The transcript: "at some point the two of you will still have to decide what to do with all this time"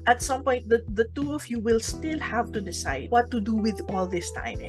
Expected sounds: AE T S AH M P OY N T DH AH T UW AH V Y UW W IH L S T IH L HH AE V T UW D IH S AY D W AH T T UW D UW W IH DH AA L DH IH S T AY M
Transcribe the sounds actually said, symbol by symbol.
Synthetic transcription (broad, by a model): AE T S AH M P OY N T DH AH T UW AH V Y UW W IH L S T IH L HH AE V T UW D IH S AY D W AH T T UW D UW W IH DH AA L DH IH S T AY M